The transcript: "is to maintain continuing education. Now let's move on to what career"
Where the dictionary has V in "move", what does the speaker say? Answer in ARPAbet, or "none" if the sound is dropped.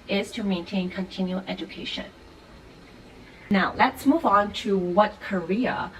V